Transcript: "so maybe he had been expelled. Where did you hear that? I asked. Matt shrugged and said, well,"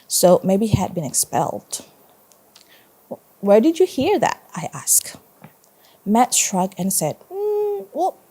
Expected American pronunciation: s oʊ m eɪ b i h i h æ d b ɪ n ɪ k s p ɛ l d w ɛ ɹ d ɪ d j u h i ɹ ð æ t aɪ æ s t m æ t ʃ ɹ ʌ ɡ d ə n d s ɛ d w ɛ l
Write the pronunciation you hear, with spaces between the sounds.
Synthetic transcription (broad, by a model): s oʊ m eɪ i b i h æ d b ɪ n ɪ k s p ɛ l d w ɛ ɹ d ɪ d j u h i ɹ ð æ t aɪ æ s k m æ t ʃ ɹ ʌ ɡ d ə n s ɛ d w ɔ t